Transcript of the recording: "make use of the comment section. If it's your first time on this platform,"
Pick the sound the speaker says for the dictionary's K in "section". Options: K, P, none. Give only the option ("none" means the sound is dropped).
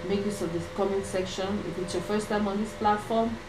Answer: K